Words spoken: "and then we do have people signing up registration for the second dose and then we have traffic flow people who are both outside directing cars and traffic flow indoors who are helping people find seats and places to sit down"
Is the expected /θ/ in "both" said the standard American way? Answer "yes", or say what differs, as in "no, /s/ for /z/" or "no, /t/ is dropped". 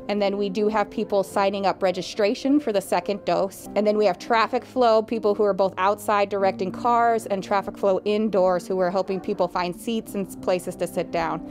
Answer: yes